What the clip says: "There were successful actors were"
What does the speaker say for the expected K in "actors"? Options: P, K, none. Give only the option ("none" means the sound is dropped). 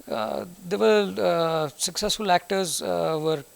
K